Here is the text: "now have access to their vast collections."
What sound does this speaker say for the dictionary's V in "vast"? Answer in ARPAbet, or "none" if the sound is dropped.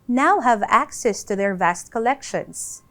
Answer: V